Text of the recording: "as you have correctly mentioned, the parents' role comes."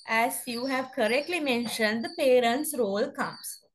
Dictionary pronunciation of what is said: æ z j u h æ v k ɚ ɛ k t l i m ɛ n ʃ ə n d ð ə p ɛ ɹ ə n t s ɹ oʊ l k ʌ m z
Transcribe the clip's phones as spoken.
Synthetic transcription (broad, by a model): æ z j u h æ v k ɚ ɛ k t l i m ɛ n ʃ ə n d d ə p ɛ ɹ ə n t s ɹ oʊ l k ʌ m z